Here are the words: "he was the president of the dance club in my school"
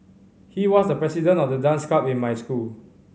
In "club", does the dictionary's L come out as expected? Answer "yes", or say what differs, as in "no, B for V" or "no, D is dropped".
no, L is dropped